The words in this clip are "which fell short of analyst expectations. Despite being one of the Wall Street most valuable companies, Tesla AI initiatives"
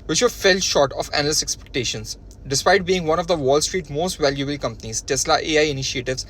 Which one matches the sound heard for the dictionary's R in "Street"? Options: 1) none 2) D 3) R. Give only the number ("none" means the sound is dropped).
3